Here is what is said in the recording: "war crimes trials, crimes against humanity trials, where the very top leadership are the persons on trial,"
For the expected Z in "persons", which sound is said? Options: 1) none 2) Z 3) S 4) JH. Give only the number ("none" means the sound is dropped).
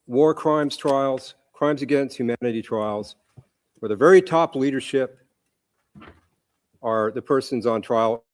2